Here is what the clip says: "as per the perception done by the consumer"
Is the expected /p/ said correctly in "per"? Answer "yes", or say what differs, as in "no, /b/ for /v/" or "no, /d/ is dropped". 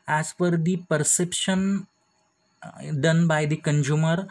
no, /f/ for /p/